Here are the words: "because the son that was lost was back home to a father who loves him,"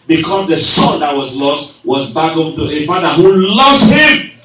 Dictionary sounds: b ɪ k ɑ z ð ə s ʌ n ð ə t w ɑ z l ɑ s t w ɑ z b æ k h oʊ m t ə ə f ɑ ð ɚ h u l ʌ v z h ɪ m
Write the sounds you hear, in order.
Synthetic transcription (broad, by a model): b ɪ k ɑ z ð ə s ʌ n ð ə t w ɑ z l ɑ s t w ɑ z b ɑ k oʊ t ə ə f ɑ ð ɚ h u l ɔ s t h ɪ m